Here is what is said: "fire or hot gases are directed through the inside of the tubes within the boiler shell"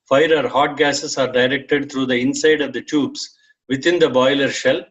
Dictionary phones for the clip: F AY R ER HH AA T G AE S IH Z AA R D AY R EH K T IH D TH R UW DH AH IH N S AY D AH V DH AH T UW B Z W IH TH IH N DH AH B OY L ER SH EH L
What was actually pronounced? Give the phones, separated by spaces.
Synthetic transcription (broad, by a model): F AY R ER HH AA T G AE S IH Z AA R D AY R EH K T IH D T R UW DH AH IH N S AY D AH V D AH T UW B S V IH T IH N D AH B OY L ER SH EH L